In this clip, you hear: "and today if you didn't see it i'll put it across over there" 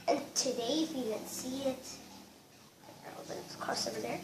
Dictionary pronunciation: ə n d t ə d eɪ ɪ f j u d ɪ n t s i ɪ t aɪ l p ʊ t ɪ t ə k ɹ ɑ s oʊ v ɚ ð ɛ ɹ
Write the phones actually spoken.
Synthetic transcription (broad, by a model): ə n t ə d eɪ ɪ f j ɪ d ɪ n s i ɪ t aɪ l b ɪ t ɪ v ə k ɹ s oʊ v ɚ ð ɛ ɹ